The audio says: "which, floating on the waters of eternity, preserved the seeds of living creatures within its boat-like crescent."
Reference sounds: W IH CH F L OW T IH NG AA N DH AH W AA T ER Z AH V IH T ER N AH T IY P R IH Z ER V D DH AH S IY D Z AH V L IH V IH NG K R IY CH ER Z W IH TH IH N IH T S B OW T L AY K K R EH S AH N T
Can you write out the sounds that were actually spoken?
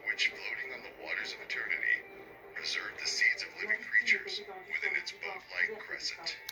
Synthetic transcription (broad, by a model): W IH CH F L OW T IH NG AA N DH AH W AA T ER Z AH V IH T ER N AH T IY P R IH Z ER V DH AH S IY D Z AH V L IH V IH NG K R IY CH ER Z W IH TH IH N IH T S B OW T L AY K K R EH S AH N T